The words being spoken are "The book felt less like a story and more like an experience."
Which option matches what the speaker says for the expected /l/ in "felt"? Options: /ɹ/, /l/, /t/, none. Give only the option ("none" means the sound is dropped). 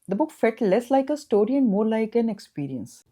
none